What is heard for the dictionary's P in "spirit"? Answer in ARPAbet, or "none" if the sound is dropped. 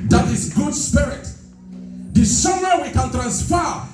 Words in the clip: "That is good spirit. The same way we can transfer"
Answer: P